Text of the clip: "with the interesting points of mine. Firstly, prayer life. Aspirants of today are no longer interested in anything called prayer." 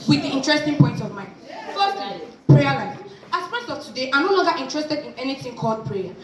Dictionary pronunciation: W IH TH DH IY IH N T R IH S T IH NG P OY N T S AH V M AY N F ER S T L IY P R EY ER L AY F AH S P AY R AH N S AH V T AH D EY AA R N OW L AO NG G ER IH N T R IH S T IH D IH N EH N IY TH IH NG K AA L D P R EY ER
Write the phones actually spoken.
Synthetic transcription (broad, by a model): W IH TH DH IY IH N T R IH S T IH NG P OY N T AH V M AY N F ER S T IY P R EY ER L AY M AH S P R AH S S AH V T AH D EY AA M N OW L AO NG G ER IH N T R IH S T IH D IH N EH N IY TH IH NG K AA L D P R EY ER